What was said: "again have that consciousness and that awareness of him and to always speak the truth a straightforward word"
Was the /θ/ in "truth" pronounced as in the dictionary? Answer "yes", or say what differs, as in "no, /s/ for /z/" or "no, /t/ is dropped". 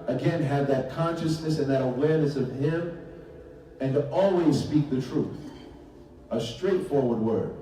yes